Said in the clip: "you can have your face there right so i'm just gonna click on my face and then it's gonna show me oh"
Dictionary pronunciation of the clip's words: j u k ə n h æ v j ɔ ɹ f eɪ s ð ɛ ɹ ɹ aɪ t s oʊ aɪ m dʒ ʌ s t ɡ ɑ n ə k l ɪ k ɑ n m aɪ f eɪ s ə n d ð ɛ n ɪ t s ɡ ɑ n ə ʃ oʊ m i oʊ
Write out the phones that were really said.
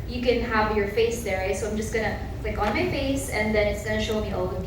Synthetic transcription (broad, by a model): j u k ə n h æ v j ɔ ɹ f eɪ s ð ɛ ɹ ɹ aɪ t s oʊ aɪ m dʒ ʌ s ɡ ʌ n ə l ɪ k ɑ n m aɪ f eɪ s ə n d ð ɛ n ɪ t s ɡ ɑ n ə ʃ oʊ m i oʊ